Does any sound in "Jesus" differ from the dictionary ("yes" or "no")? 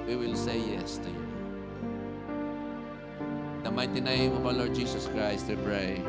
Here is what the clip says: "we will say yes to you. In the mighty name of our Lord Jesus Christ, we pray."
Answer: yes